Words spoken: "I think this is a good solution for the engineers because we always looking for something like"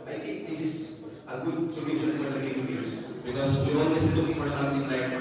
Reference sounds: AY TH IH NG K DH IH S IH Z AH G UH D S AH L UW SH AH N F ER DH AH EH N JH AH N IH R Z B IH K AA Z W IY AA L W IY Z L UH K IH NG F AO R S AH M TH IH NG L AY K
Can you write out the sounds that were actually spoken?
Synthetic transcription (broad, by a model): AY T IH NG K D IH S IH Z AH G UH D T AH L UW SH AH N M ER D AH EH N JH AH IH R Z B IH K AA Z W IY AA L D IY S L UH K IH NG F AO R S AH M T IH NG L AY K